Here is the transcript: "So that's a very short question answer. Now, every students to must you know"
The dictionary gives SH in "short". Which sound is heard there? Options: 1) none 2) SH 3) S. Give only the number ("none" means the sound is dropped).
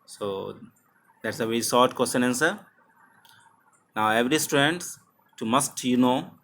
3